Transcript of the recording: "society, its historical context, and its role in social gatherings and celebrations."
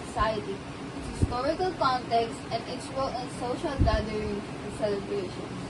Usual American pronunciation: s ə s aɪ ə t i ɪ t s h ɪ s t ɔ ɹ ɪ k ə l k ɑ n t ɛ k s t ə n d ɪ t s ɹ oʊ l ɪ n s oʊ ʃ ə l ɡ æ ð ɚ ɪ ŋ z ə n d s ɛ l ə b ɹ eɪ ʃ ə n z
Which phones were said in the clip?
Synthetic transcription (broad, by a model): s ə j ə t i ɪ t h ɪ s t ɔ ɹ ɪ k ə l k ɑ n t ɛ k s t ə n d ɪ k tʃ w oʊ l ɪ n s oʊ ʃ ə l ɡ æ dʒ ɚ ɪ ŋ ə s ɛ l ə b ɹ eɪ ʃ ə n